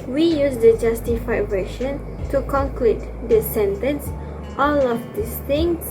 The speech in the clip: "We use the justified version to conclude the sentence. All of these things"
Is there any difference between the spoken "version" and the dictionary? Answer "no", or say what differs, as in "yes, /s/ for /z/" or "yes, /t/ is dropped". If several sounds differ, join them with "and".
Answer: yes, /ʃ/ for /ʒ/